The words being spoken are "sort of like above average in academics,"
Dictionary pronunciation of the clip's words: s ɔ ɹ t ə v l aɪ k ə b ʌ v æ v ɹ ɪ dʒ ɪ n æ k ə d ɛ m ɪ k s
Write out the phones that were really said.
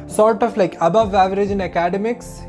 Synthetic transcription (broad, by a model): s ɔ ɹ t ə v l aɪ k ə b ʌ v æ v ɹ ɪ dʒ ɪ n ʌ k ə d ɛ m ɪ k s